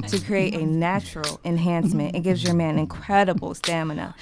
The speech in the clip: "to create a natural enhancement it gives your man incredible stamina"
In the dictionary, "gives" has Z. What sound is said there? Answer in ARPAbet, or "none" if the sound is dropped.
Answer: Z